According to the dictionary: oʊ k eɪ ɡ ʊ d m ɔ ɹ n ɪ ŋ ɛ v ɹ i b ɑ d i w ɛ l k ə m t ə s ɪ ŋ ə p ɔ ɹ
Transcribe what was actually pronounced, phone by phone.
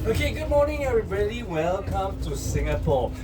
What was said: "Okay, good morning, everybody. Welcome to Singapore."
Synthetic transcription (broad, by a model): oʊ k eɪ ɡ ʊ d m ɔ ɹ n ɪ ŋ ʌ ɹ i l i w ɛ l k ə m t ə s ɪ ŋ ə p ɔ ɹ